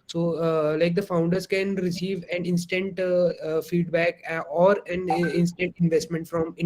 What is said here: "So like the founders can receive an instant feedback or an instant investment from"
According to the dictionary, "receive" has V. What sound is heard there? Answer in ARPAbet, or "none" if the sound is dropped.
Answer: V